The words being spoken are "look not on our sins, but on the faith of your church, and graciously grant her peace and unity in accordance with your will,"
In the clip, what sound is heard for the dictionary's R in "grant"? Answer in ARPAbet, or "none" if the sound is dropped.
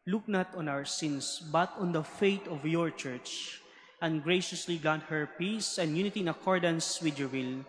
none